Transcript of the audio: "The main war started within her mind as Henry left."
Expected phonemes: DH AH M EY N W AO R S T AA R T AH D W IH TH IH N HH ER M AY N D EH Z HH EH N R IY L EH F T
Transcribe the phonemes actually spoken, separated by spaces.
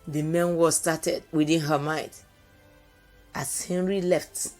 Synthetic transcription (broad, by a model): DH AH M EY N W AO S T AA T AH D W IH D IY N HH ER M AY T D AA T HH EH N R IY L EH F T